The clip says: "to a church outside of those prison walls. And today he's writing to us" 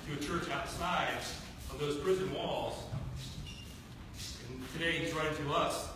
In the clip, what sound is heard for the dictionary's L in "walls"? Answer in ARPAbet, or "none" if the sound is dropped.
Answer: L